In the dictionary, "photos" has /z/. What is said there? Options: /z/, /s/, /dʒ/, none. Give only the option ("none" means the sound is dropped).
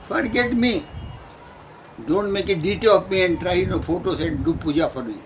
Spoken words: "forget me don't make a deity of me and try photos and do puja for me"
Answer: /s/